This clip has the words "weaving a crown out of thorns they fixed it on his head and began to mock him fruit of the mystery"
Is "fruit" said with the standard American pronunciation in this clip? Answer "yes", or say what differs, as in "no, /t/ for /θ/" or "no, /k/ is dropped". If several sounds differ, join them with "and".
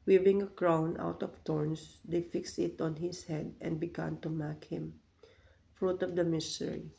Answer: yes